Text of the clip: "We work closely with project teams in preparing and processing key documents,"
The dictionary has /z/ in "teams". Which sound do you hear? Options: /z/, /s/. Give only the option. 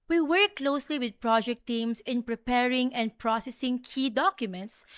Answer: /s/